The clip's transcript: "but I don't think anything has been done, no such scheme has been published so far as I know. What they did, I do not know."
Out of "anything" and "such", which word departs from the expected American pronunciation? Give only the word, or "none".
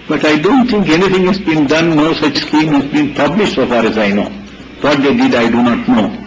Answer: anything